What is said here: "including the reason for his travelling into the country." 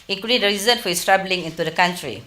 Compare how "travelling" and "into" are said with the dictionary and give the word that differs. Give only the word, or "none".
travelling